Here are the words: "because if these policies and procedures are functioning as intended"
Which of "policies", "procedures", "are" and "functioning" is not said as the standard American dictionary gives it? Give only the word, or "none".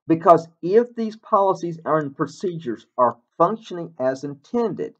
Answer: none